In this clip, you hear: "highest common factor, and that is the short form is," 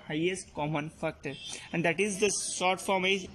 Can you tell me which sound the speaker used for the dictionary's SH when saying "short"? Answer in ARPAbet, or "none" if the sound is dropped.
S